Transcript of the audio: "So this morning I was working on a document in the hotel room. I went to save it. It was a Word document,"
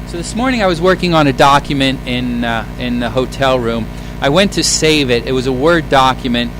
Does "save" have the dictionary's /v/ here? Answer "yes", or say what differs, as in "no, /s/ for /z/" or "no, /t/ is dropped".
yes